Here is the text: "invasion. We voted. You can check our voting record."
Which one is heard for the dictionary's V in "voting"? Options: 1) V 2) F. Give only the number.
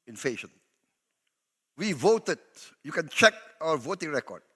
1